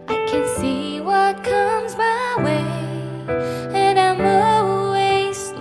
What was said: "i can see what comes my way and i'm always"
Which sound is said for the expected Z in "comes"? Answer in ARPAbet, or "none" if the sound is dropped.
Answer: Z